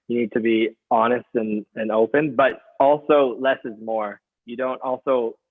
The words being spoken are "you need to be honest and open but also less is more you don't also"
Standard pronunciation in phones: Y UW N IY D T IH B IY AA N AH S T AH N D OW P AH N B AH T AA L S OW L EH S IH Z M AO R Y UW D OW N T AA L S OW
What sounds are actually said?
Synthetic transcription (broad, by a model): Y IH N IY D T IH B IY AA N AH S T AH N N OW P AH N B AH T AA L S OW L EH S IH Z M AO R Y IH D OW N T AA L S OW